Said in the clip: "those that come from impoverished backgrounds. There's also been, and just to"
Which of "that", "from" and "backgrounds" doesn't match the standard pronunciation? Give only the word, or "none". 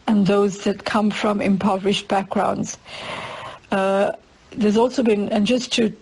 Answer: none